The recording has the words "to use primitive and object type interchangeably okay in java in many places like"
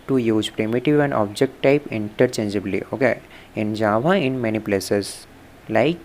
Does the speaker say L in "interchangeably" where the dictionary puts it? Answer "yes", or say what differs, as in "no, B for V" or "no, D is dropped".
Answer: yes